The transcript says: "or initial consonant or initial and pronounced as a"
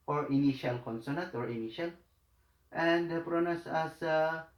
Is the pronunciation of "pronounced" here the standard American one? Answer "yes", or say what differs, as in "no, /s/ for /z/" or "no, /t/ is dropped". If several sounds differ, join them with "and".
no, /n/ is dropped and /t/ is dropped